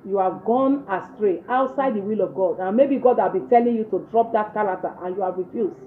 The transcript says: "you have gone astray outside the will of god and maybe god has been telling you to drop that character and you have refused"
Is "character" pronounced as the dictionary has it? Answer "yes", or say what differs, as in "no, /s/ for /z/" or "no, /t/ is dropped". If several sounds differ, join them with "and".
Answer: no, /l/ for /ɹ/